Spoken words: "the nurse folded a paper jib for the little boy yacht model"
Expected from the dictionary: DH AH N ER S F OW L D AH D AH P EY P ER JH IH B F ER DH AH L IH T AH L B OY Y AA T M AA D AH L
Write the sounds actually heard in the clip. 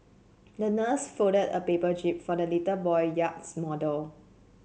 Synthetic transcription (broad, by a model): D AH N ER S F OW D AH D AH P EY P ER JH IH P F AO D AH L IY T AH B OY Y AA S M AA D AH L